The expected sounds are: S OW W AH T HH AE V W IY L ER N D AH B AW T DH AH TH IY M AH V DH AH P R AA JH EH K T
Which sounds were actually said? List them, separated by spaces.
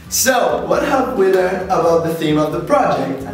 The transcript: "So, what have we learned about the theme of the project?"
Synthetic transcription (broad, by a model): S OW W AH T HH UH P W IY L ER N AH B AW T DH AH TH IY M AH V DH AH P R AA JH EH K T